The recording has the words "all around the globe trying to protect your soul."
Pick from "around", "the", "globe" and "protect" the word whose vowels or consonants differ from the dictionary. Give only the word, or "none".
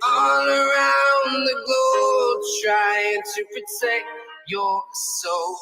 globe